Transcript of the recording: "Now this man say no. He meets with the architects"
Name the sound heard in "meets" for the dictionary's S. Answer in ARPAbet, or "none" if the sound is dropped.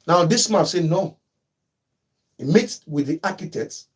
none